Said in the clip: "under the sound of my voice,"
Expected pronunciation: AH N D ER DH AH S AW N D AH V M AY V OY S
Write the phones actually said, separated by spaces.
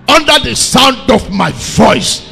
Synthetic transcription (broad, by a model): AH N D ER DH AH S AW N D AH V M AY V OY S